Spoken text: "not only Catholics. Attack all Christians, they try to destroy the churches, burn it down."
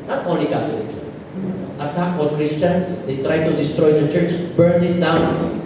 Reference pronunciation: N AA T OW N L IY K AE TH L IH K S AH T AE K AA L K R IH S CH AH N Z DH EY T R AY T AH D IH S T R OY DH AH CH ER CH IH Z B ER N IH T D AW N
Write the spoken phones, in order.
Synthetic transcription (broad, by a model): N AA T OW N L IY K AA T L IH K S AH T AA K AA N K R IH S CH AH N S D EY T R AY T AH D IH S T R OY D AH CH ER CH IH S B ER N IH T D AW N